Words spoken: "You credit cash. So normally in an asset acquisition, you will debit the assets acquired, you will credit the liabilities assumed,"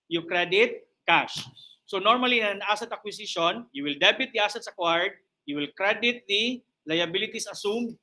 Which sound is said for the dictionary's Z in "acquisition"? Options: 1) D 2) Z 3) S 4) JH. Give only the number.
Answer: 3